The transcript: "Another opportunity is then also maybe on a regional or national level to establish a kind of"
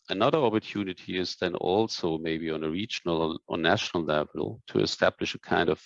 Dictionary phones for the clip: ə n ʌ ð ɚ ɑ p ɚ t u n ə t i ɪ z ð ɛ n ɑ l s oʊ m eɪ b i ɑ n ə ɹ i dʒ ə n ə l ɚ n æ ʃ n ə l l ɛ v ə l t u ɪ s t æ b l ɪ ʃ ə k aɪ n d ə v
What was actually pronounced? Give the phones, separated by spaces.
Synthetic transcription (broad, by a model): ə n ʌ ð ɚ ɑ p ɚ t u n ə t i ɪ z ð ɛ n ɑ l s oʊ m eɪ b i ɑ n ə ɹ i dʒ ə n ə l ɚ n æ ʃ n ə l l ɛ v ə l t u ɪ s t æ b l ɪ ʃ ə k aɪ n d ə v